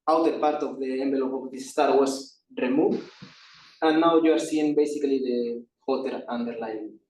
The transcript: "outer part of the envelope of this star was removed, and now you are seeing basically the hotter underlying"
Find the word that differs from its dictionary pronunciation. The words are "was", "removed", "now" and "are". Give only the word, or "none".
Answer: was